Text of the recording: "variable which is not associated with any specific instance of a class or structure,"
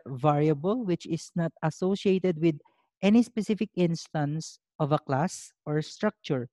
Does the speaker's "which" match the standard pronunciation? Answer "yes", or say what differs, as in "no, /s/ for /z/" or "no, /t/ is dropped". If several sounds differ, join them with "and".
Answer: yes